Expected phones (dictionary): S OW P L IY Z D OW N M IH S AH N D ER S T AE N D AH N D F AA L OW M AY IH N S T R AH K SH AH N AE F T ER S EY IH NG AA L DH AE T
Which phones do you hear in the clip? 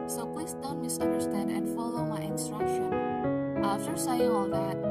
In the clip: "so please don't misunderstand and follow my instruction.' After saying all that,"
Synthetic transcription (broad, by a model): S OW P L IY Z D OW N M IH S AH N D ER S T AE N D AH N D F AA L OW M AY IH N S T R AH K SH AH N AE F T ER S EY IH AA L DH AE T